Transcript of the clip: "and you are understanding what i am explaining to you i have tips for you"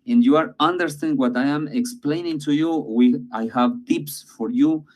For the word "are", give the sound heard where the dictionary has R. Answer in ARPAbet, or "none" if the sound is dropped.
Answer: R